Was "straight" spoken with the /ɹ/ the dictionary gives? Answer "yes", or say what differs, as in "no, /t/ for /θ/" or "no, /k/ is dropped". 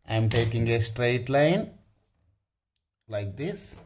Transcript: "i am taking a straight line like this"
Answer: yes